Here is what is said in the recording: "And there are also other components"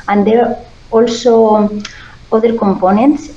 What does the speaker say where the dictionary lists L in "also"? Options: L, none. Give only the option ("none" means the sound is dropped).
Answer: L